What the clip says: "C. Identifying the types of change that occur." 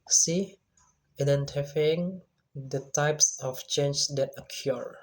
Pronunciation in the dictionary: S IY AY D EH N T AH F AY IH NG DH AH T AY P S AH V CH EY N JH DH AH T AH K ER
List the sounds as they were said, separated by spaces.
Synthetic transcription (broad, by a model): S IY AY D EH N T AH F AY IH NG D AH T AY P S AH F CH EY N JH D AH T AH K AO